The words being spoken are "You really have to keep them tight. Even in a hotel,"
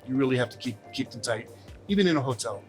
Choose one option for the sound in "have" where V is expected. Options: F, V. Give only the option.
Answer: F